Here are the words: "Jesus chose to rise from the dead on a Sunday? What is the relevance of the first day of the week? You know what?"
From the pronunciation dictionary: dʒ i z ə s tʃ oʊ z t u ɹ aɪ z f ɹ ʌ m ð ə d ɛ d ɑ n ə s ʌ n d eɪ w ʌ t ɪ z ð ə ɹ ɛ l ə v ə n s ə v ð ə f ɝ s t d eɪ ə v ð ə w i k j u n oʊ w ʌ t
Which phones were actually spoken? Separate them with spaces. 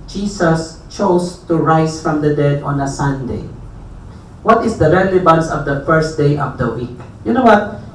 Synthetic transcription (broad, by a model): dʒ i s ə s tʃ oʊ s t u ɹ aɪ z f ɹ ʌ m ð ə d ɛ d ɑ n ə s ʌ n d eɪ w ʌ t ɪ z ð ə ɹ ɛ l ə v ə n s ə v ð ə f ɝ s t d eɪ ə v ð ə w i k j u n oʊ w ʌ t